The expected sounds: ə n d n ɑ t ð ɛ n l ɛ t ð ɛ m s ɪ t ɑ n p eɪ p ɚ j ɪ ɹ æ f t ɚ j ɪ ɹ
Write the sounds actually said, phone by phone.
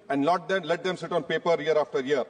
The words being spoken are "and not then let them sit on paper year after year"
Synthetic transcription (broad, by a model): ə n d l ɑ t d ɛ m l ɛ t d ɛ m s ɪ t ɑ n p eɪ p ɚ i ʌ ɹ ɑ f t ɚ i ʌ ɹ